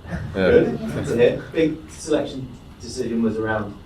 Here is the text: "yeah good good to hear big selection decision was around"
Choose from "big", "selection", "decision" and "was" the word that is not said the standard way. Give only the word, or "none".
none